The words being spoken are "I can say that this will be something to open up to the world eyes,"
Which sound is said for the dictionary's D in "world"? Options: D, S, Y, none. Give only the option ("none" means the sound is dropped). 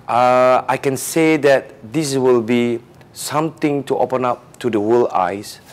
none